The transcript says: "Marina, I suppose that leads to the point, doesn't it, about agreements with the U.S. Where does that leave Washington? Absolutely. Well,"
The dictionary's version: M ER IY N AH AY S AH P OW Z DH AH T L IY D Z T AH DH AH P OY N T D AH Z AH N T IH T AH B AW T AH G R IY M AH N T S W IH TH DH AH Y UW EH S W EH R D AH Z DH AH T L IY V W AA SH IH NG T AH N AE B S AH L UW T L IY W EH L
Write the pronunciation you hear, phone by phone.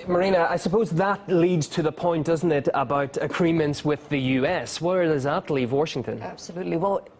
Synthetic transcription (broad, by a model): M ER IY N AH AY S AH P OW Z DH AH T L IY D Z T AH DH AH P OY N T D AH Z N T IH T AH B AW T AH G R IY M AH N T S W IH DH AH Y UW EH S W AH R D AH Z DH AH T L IY V W AA SH IH NG T AH N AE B S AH L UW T L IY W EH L